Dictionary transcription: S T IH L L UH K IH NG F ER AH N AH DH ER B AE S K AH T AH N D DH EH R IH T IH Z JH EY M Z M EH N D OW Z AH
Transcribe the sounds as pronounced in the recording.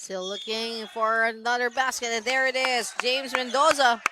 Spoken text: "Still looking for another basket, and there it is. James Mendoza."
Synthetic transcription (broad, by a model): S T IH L L UH K IH NG F ER AH N AH DH ER B AE S K AH T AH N DH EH R IH T IH Z JH EY M Z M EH N D OW Z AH